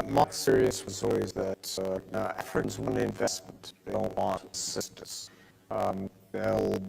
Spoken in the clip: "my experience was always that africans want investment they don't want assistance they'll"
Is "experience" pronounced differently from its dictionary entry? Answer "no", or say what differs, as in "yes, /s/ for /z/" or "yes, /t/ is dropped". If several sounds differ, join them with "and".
yes, /p/ is dropped